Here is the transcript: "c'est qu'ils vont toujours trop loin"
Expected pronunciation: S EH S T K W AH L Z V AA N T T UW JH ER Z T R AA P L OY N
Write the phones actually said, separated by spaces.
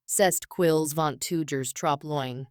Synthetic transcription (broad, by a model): S EH S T K W AH L Z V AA N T T UW JH ER Z T R AA P L OY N